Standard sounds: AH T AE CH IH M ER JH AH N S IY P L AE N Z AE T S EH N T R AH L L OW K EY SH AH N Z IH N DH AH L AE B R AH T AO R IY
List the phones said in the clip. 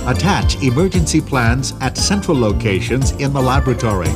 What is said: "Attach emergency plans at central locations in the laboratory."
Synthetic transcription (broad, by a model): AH T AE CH IH M ER JH AH N S IY P L AE N Z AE T S EH N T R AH L L OW K EY SH AH N Z IH N DH AH L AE B R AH T AO R IY